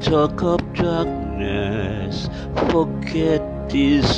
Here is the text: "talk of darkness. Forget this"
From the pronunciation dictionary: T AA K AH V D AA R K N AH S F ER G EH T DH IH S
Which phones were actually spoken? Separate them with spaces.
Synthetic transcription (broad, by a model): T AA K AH P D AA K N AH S F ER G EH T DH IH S